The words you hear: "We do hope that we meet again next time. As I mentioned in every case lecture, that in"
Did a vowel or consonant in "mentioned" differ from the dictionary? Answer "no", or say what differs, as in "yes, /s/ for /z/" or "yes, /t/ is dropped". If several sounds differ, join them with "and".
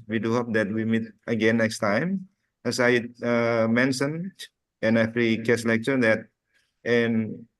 yes, /d/ is dropped